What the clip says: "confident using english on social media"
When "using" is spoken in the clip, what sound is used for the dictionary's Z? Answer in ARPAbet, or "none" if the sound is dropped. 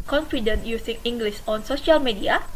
S